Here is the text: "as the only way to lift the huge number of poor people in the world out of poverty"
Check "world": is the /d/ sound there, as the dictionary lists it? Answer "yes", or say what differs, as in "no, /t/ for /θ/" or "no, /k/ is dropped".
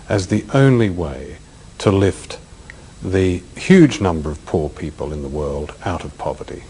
yes